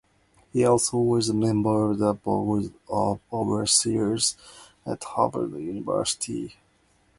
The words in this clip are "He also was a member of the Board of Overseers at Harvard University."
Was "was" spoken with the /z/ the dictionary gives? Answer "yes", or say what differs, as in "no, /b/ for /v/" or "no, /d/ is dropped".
yes